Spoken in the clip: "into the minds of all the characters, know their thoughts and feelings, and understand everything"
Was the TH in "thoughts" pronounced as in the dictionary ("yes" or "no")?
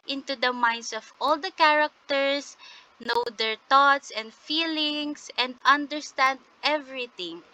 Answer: no